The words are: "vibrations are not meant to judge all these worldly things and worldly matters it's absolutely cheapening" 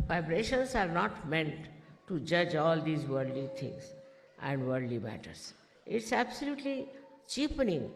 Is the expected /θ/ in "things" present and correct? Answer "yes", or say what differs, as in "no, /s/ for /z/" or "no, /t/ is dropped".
no, /t/ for /θ/